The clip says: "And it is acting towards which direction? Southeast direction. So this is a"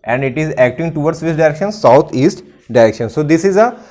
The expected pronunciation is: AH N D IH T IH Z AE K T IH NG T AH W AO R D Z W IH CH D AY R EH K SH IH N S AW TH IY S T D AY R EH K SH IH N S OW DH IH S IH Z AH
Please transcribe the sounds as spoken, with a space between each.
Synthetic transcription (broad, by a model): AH N D IH T IH Z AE K T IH NG T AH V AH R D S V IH S D AY R EH K SH IH N S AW T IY S T D AY R EH K SH IH N S OW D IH S IH Z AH